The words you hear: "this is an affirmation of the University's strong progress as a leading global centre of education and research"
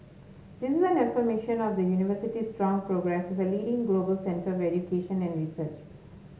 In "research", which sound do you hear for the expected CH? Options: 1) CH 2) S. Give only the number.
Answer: 1